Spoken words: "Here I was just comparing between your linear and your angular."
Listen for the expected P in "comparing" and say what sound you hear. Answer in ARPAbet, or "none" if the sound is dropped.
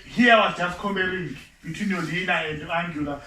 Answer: none